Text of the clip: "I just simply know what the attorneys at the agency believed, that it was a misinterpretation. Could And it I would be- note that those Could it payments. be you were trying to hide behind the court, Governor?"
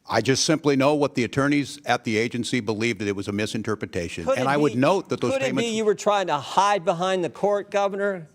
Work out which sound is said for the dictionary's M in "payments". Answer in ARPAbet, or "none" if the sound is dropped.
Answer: none